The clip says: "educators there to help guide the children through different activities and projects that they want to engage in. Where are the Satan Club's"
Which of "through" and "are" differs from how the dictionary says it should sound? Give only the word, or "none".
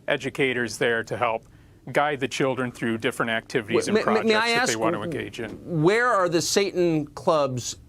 none